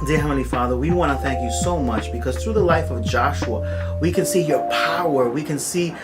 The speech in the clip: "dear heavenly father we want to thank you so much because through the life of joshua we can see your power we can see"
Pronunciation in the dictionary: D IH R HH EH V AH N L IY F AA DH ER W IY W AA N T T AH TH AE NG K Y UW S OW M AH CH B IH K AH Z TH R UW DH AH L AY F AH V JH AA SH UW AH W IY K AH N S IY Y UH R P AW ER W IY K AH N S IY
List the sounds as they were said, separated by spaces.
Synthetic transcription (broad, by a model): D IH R HH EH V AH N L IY F AA DH ER W IY W AA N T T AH TH AE NG K Y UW S OW M AH CH B IH K AH Z TH R UW DH AH L AY F AH V JH AA SH UW AH W IY K AH N S IY Y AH R P AW ER W IY K AH N S IY